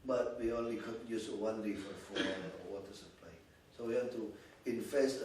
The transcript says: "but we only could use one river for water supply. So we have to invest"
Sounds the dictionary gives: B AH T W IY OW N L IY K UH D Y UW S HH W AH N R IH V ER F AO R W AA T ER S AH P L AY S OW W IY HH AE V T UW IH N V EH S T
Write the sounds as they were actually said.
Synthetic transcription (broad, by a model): B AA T W IY OW N L IY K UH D Y UW S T W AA N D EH F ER F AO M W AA T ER S AH P L AY S OW W IY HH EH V T UW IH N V EH S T